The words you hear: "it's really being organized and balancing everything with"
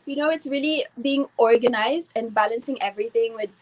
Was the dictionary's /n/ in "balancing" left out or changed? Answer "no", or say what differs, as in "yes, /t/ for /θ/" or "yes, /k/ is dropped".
no